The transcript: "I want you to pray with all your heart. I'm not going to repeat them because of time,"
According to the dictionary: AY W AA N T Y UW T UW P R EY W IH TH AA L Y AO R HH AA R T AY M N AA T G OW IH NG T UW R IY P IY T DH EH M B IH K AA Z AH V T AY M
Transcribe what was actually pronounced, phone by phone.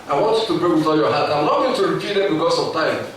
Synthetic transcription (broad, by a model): AY W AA N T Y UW T UW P R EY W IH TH AA L Y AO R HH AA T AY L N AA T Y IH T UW R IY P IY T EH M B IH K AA S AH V T AY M